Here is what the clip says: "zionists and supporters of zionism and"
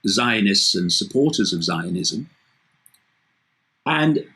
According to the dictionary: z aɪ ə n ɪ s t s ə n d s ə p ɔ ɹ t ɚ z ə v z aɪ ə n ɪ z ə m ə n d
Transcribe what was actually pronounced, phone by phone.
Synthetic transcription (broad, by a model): z aɪ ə n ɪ s t s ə n s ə p ɔ t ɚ z ə v z aɪ ə n ɪ z ə m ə n